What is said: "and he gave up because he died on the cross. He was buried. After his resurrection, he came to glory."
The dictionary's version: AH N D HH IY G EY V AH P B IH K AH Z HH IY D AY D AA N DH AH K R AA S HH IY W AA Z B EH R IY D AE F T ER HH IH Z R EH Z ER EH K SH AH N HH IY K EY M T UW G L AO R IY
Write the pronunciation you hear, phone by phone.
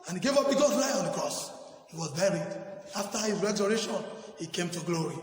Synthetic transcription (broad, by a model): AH N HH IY G EY V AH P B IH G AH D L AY AA N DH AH K R AA S HH IY W AA Z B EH R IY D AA F T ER HH IH Z R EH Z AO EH SH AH N HH IY K EY M T UW G L AO R IY